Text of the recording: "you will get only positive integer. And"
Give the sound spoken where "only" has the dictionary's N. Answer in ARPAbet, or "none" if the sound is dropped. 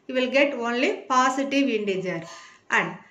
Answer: N